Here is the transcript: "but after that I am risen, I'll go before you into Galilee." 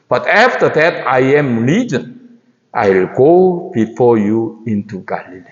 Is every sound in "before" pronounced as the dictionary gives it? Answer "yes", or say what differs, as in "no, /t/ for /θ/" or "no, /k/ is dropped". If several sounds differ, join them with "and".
yes